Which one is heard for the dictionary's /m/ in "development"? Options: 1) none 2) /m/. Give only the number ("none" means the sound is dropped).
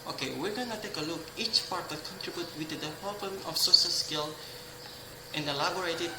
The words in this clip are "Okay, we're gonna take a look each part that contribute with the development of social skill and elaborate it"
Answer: 1